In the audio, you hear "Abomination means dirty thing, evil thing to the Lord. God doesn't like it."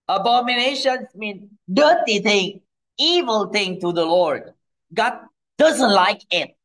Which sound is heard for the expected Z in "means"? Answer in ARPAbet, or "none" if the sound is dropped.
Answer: none